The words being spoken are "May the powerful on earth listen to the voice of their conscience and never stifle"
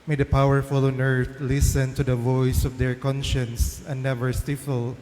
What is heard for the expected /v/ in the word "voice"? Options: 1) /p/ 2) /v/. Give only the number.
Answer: 2